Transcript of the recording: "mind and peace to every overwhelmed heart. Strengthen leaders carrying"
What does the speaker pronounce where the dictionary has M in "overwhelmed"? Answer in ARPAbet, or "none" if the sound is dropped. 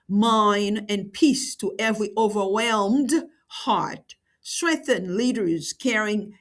M